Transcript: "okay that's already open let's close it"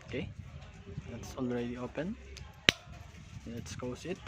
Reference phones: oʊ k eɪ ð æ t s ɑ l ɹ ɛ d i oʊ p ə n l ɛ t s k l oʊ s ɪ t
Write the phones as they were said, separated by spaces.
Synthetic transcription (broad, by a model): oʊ k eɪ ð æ t s ɑ l ɹ ɛ d i oʊ p ə n l ɛ t s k oʊ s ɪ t